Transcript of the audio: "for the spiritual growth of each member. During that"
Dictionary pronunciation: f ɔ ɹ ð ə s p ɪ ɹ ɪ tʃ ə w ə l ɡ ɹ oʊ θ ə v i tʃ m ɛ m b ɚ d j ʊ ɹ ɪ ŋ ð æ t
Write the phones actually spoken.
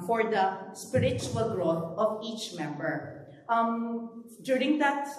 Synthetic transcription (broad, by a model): f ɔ ɹ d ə s p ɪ ɹ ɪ tʃ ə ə l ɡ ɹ oʊ t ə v i tʃ m ɛ m b ɚ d j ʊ ɹ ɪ ŋ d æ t